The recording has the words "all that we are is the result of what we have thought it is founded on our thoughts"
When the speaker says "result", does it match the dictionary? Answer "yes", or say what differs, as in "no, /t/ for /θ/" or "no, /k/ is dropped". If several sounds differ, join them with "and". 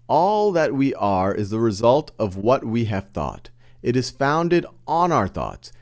yes